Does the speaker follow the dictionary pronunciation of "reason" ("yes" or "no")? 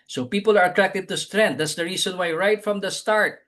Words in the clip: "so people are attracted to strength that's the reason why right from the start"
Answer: no